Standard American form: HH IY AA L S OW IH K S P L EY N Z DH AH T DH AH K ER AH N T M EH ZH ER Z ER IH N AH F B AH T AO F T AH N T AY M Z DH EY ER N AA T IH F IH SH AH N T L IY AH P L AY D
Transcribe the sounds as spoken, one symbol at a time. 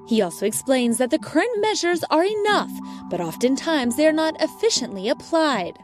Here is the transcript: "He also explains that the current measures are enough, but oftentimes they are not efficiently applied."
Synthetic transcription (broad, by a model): HH IY AA L S OW IH K S P L EY N Z DH AH T DH AH K ER AH N T M EH ZH ER Z ER IH N AH F B AH T AO F T AH N T AY M Z DH EY ER N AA T IH F IH SH AH N T L IY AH P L AY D